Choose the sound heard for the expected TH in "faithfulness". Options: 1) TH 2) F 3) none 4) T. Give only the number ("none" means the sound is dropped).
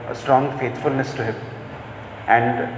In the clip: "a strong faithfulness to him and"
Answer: 4